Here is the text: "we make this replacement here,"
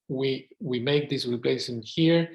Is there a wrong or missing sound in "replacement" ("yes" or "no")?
yes